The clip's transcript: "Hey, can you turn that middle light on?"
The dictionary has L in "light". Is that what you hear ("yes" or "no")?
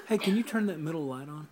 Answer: yes